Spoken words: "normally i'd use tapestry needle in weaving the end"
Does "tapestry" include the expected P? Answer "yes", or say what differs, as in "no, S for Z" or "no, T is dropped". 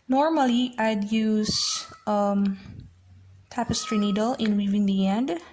yes